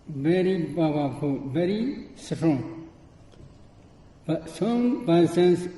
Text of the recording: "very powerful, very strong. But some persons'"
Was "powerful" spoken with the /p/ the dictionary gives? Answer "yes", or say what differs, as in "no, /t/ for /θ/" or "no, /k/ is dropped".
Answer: no, /b/ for /p/